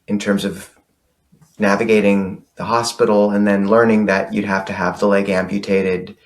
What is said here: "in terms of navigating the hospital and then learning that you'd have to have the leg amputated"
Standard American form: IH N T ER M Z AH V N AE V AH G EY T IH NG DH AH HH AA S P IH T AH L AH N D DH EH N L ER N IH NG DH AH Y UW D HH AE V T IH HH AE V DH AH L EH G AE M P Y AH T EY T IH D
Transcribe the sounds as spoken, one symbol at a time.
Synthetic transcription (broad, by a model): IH N T ER M Z AH V N AE V AH G EY T IH NG DH AH HH AA S P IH T L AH N DH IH N L ER N IH NG DH AH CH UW D HH AE F T IH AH V DH AH L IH G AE M P Y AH T EY T IH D